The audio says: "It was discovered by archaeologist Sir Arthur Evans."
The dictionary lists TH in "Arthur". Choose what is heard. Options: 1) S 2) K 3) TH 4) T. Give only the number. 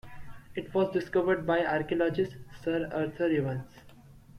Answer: 4